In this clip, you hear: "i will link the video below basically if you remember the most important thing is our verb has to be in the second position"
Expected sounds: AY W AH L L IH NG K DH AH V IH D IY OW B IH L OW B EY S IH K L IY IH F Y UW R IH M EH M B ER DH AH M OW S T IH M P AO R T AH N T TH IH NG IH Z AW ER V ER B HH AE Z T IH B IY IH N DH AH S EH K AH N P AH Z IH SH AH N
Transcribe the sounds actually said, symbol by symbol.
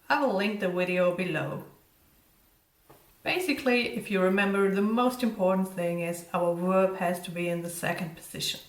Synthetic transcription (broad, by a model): AY W AH L L IH NG K DH AH W IH D IY OW B IH L OW B EY S IH K L IY IH F Y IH R IH M EH M B ER DH AH M OW S T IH M P AO R T N TH IH NG IH Z AW ER W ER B HH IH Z T IH B IY IH N DH AH S EH K AH N P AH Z IH SH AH N